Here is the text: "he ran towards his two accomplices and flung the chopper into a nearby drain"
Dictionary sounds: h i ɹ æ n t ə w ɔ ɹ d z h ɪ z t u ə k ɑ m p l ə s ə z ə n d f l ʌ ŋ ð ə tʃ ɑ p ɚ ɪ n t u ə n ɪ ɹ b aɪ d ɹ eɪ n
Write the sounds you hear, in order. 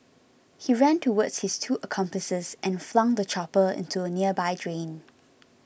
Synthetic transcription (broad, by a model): h i ɹ æ n t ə w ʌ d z h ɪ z t u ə k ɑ m p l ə s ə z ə n f l ʌ ŋ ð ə tʃ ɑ p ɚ ɪ n t u ə n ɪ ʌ b aɪ d ɹ eɪ n